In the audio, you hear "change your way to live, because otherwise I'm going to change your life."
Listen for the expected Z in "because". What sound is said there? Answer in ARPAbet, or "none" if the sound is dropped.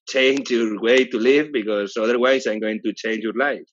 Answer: S